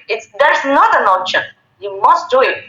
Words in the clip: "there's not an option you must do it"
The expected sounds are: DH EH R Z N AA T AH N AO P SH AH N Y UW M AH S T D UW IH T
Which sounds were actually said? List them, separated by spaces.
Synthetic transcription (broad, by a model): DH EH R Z N AA T AH N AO SH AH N Y UW M AH S T D UW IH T